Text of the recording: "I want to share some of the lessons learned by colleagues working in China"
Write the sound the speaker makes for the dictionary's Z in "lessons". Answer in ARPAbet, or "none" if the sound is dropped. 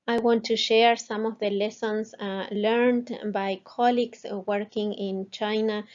S